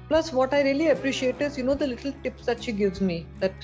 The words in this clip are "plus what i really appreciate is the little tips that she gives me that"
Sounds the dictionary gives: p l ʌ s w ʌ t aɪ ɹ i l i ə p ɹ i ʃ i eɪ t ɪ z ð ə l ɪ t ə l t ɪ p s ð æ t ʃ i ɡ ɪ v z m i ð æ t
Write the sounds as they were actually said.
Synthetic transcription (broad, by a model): p l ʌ s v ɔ t aɪ ɹ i l i ə p ɹ i ʃ i eɪ t ɪ z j ə l ɪ t ə l t ɪ p s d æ t ʃ i ɡ ɪ v z m i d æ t